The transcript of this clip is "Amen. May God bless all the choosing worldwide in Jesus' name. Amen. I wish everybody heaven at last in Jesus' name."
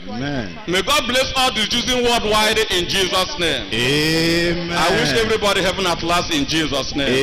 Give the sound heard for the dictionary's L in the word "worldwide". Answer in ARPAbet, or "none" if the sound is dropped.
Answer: none